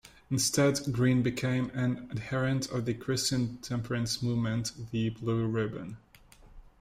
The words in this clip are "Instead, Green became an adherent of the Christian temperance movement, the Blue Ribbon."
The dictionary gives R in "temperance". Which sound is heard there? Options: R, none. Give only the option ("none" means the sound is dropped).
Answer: R